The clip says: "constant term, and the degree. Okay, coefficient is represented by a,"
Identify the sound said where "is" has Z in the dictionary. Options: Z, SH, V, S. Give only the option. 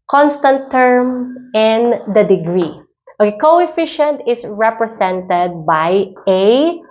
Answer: S